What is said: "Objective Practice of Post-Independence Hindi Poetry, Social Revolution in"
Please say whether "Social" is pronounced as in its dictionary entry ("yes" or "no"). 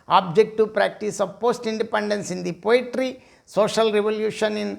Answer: yes